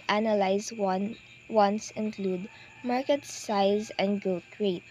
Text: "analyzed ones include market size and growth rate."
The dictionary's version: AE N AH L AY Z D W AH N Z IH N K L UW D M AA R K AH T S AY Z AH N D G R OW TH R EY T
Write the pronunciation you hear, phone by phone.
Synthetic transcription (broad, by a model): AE N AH L AY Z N W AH N S IH N K L UW D M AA R K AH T S AY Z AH N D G OW T R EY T